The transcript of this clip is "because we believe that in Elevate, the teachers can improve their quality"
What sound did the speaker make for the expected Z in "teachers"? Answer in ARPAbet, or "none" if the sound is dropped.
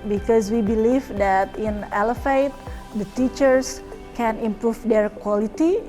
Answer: S